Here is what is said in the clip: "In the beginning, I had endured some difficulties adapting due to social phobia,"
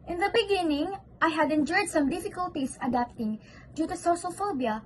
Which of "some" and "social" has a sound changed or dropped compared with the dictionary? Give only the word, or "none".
social